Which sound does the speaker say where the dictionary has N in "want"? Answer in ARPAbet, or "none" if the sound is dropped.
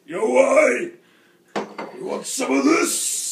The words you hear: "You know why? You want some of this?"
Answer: none